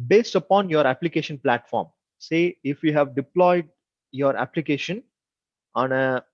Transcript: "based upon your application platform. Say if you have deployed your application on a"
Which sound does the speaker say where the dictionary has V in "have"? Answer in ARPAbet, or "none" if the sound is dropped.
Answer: V